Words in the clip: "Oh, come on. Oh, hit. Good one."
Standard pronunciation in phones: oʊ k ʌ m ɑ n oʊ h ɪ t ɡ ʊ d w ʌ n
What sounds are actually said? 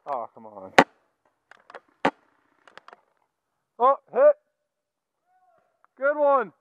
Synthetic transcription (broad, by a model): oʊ k ʌ m ɑ n oʊ h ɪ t ɡ ʊ d w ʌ n